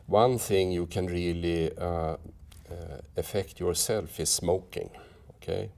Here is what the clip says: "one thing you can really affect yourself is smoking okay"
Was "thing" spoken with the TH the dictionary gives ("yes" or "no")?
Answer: yes